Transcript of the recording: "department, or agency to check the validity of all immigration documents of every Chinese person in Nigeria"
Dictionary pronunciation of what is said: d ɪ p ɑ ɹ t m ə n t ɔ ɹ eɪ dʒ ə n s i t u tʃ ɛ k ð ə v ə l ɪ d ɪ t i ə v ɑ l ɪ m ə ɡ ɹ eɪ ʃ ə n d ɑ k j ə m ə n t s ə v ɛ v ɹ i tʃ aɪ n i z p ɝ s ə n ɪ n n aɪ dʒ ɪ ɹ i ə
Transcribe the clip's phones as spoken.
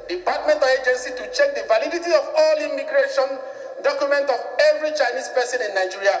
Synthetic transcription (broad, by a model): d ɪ p ɑ t m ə n t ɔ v eɪ dʒ ə n s i t u tʃ ɛ k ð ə v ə l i d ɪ t i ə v ɑ l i m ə ɡ ɹ eɪ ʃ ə n d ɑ k j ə m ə n t ə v ɛ v ɹ i tʃ aɪ n i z p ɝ s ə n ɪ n n aɪ dʒ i ɹ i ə